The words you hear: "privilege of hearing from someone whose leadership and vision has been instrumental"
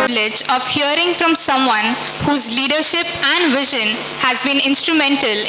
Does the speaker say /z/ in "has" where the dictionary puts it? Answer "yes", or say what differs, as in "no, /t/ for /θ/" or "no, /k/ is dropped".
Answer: yes